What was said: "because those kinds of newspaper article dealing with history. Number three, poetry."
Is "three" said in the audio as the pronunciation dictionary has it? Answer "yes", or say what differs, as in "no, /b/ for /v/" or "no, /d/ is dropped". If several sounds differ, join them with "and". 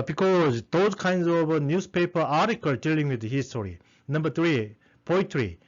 no, /t/ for /θ/